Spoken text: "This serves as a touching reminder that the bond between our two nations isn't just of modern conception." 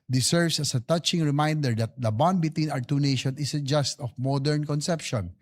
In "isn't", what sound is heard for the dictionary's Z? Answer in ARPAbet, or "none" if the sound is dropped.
S